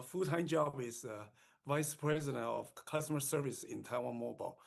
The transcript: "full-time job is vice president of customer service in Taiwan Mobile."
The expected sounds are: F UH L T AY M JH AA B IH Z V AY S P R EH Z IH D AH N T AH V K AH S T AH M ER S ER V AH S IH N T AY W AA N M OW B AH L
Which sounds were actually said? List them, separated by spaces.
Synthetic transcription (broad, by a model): F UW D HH AY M JH AA B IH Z V AY S P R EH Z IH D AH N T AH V K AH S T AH M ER S ER V AH S IH N T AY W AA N M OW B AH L